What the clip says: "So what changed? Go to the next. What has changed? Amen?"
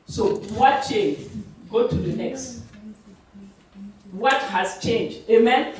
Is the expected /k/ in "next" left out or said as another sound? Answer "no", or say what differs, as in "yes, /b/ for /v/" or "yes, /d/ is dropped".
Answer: no